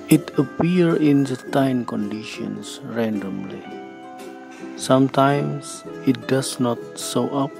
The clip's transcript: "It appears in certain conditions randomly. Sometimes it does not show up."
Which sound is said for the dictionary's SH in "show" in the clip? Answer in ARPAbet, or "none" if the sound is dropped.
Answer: S